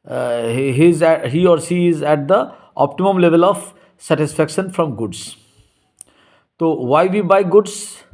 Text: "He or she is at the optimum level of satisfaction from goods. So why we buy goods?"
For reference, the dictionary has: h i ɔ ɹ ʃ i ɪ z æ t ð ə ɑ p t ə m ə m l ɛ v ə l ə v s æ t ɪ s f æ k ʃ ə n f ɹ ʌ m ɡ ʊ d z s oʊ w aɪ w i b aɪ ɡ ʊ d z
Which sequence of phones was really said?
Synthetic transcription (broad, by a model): h i ɔ ɹ s i ɪ z æ t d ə ɑ p t ə m ə m l ɛ v ə l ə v s æ t ɪ s f æ k ʃ ə n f ɹ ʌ m ɡ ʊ d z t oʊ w aɪ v i b aɪ ɡ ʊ d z